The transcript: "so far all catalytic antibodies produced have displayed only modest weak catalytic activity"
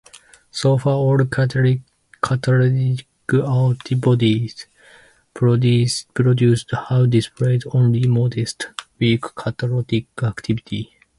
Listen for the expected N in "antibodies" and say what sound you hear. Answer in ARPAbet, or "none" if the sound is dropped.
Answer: L